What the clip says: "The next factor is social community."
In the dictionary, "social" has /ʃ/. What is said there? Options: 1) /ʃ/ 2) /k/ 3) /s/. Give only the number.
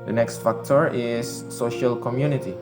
1